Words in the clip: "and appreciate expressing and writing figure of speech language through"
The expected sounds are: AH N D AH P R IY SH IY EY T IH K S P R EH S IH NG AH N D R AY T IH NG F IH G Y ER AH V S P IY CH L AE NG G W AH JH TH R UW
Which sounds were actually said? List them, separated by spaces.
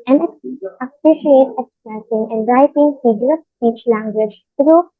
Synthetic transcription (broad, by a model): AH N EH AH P R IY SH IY EY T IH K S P EH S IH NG AH N D R AY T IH NG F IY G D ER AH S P IY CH L AE NG G W AH JH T R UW